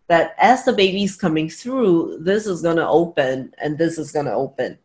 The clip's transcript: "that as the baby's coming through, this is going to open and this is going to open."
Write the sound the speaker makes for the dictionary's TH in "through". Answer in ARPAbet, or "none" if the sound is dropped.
TH